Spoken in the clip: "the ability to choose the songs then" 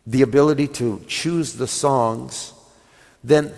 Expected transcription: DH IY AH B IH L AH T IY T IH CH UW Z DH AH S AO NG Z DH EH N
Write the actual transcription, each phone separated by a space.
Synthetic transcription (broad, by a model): DH IY AH B IH L AH T IY T IH CH UW Z DH AH S AO NG Z DH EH N